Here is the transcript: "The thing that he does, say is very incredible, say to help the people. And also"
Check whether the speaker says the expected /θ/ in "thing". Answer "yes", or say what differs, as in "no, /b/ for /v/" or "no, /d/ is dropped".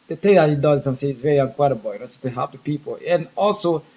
no, /t/ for /θ/